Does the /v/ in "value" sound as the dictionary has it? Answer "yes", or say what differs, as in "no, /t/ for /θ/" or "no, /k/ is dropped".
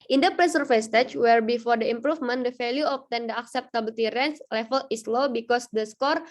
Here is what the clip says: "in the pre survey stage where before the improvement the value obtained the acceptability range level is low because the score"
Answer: no, /f/ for /v/